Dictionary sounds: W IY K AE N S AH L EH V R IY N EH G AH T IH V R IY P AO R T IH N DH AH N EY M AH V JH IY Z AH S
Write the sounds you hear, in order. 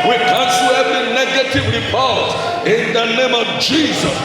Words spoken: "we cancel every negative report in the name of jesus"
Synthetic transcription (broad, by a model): W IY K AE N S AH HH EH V IY N EH G AH T IH V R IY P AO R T IH N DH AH N EY M AH V JH IY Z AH S